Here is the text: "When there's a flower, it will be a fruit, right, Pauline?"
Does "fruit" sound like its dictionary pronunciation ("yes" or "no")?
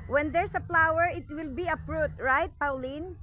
no